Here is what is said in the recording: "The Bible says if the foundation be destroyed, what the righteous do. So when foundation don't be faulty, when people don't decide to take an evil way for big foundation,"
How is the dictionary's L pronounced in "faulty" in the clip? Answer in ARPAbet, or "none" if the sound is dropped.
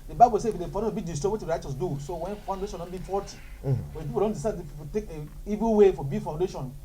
none